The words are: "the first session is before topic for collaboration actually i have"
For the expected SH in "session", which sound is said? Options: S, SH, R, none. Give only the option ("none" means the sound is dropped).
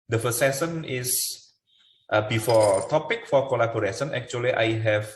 S